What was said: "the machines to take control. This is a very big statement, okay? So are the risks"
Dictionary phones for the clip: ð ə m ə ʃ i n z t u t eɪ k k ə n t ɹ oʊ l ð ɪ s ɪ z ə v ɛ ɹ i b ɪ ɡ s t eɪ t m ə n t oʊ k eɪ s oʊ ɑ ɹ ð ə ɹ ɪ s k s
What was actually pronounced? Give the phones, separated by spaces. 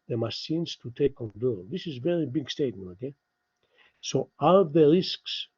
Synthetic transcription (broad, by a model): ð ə m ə s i n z t u t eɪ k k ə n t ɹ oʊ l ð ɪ s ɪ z v ɛ ɹ i b ɪ ɡ s t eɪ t m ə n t oʊ k eɪ s oʊ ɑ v ð ə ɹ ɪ s k s